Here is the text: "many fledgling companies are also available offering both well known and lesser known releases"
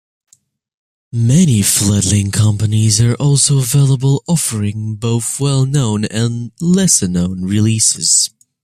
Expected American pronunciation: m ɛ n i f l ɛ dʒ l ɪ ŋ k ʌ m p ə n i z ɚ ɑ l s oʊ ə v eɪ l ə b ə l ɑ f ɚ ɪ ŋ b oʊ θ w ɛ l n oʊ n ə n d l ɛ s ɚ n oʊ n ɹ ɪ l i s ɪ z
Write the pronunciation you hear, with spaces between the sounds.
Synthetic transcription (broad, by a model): m ɛ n i f l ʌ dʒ l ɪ ŋ k ʌ m p ə n i z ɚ ɑ l s oʊ ə v eɪ l ə b ə l ɑ f ɚ ɪ ŋ b oʊ θ w ɛ l n oʊ n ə n l ɛ s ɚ n oʊ n ɹ ɪ l i s ɪ z